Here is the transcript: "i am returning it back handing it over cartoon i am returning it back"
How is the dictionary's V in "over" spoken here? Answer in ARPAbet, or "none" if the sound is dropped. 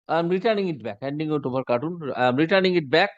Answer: B